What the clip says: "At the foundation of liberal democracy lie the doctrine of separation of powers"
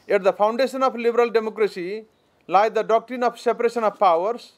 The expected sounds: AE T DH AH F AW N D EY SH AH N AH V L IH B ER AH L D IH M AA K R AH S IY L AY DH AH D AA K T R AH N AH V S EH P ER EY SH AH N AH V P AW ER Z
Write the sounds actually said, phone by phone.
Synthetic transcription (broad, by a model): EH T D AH P AW N D EY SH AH N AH P L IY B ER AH L D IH M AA K R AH S IY L AY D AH D AA K T R AH N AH P S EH P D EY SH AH N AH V P AW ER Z